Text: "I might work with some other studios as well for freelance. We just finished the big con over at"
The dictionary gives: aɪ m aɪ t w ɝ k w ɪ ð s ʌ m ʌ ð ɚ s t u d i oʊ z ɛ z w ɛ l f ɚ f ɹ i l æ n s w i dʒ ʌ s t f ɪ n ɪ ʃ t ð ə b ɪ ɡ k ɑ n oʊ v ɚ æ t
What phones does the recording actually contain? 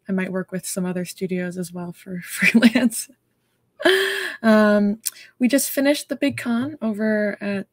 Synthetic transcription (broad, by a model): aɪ m aɪ t w ɝ k w ɪ ð s ʌ m ʌ ð ɚ s t u d i oʊ z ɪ z w ɛ l f ɚ f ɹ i l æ n s w i dʒ ʌ s t f ɪ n ɪ ʃ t ð ə b ɪ ɡ k ɑ n oʊ v ɚ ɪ t